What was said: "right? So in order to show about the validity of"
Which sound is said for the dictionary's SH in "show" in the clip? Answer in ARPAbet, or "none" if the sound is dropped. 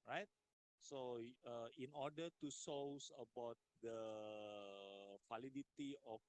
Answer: S